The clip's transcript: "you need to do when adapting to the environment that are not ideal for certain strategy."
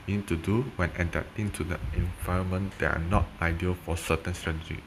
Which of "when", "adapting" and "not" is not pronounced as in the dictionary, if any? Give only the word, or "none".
adapting